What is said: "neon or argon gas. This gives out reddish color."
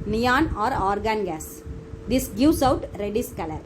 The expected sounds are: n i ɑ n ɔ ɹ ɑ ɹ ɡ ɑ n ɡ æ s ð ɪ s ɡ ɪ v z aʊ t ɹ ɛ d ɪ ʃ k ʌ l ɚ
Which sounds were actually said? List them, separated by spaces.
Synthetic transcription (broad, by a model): n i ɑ n ɔ ɹ ɑ ɹ ɡ ɑ n ɡ æ s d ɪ s ɡ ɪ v s aʊ t ɹ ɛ d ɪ s k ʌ l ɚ